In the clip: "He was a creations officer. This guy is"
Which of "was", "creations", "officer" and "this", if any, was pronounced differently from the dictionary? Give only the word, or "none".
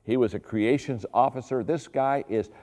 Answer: none